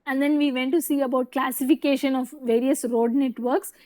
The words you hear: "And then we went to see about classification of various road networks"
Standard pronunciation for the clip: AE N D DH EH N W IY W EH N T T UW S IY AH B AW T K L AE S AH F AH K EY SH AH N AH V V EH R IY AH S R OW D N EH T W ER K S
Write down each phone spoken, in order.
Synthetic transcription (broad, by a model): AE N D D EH N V IY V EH N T T UW S IY AH B AW T K L AE S AH F AH K EY SH AH N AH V V EH R IY AH S R OW D N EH T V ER K S